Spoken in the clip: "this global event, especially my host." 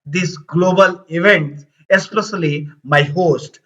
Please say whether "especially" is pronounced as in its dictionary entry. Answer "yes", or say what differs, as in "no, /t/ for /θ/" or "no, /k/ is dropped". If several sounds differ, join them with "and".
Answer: no, /s/ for /ʃ/